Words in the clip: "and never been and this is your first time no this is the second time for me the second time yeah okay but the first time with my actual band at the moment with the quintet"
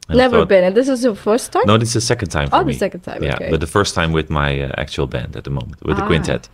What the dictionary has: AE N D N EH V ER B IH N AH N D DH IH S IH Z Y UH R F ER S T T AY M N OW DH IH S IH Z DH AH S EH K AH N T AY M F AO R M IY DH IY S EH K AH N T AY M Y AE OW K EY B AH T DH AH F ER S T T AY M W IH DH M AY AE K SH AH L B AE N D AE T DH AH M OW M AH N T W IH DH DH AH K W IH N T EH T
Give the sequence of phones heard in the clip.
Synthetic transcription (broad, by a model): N N EH V ER B IH N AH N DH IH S IH Z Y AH F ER S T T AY N OW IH IH S DH AH S EH K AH N T AY M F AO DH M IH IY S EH K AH N T AY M Y AE B AH T DH AH F ER S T T AY M W IH DH M AY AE K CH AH L B AE N D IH T DH AH M OW M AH N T W IH DH DH AH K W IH N T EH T